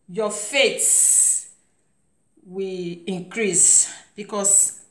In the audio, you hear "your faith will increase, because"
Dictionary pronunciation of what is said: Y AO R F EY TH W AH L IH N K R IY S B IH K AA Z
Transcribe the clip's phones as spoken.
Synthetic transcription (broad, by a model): Y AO F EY S W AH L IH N K R IY S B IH K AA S